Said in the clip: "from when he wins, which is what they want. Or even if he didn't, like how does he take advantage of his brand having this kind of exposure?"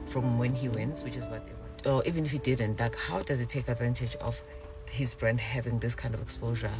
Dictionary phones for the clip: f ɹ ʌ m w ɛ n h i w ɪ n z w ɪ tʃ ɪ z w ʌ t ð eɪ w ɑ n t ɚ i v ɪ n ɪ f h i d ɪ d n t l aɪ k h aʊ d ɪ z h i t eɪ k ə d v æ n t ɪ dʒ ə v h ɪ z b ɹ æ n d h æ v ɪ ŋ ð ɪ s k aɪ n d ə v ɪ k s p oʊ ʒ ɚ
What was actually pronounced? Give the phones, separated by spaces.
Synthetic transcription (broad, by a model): f ɹ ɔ m w ɛ n h i w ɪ n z w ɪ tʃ ɪ z w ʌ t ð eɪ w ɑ t i v ɪ n ɪ f h i d ɪ d n t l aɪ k h aʊ d ɪ z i t eɪ k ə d v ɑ n t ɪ dʒ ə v h ɪ z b ɹ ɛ n d h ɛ v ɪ ŋ ð ɪ s k aɪ n d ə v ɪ k s p oʊ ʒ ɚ